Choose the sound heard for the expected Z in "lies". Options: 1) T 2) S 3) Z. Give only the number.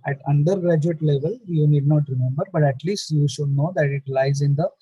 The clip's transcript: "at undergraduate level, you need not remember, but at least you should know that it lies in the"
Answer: 3